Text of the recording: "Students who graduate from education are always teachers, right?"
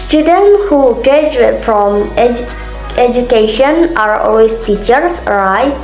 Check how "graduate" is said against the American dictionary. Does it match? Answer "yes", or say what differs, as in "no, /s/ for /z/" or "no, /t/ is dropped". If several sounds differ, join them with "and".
no, /ɹ/ is dropped